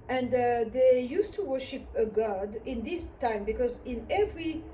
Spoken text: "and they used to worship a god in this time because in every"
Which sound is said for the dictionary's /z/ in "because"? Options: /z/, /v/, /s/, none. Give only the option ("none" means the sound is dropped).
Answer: /z/